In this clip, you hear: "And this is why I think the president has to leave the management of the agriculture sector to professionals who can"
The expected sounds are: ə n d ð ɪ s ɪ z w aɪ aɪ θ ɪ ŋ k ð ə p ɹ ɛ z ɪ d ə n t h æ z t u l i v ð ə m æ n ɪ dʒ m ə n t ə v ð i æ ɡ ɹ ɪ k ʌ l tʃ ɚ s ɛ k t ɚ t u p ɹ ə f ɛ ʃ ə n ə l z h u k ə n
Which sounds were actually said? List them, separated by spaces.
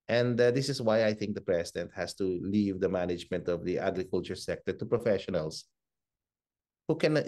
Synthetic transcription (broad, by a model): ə n d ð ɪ s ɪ s w aɪ aɪ θ ɪ ŋ k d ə p ɹ ɛ s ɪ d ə n t h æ s t u l i v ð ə m æ n ɪ dʒ m ə n t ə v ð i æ ɡ ɹ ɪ k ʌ l tʃ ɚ s ɛ k t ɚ t u p ɹ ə f ɛ ʃ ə n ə l s h u k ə n